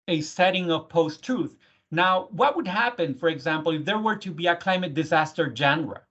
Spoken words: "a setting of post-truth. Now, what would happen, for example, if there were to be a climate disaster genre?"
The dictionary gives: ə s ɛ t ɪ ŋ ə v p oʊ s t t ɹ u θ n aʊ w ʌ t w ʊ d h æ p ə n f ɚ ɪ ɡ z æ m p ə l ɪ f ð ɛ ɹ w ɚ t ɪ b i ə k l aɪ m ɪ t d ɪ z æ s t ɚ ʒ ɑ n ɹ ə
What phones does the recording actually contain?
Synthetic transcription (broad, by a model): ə s ɛ t ɪ ŋ ə v p oʊ s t t ɹ u θ n aʊ w ʌ t w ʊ d h æ p ə n f ɚ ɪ ɡ z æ m p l ɪ f ð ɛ ɹ w ɚ t ɪ b i ə k l aɪ m ɪ t d ɪ z æ s t ɚ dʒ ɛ n ɹ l